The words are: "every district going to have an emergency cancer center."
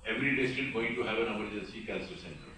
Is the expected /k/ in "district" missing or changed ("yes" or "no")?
yes